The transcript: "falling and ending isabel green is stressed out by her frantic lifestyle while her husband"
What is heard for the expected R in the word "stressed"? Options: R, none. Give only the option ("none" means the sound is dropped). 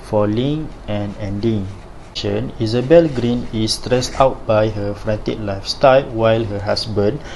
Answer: R